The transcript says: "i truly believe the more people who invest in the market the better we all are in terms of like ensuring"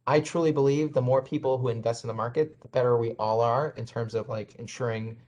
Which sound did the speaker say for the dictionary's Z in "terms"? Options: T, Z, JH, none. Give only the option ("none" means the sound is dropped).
Z